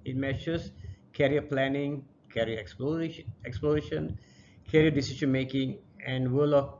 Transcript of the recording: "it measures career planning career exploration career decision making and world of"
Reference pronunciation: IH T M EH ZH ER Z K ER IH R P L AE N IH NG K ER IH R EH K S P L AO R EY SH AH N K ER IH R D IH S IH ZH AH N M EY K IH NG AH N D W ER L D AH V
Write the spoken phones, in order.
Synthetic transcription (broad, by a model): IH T M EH SH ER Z K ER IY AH P L AE N IH NG K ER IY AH EH K S P L AO R EY SH AH N K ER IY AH D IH S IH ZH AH N M EY K IH NG AH N D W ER L AH